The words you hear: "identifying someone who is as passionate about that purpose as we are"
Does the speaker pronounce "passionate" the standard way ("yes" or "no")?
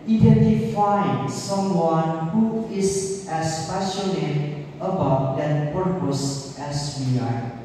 no